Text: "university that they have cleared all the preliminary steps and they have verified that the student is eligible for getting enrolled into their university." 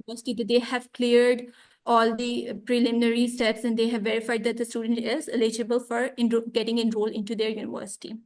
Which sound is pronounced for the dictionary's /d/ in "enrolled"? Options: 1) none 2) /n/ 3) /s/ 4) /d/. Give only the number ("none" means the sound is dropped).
1